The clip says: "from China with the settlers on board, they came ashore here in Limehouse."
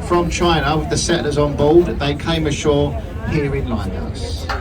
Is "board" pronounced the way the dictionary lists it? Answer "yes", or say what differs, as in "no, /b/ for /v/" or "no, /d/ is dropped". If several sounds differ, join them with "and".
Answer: no, /l/ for /ɹ/